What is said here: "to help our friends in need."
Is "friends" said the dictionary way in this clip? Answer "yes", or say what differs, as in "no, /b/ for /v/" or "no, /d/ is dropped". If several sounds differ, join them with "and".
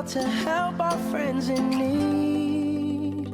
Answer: yes